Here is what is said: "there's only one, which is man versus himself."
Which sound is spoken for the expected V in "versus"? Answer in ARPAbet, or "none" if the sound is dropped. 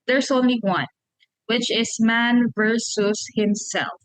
V